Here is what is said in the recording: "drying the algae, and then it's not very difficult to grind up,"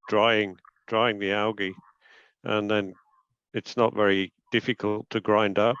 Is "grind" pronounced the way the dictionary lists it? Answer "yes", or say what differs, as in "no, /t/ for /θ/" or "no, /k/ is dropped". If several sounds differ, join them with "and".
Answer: yes